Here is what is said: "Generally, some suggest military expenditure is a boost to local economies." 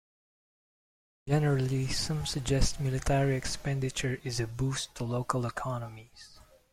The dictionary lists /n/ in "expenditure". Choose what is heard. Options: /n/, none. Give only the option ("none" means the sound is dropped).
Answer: /n/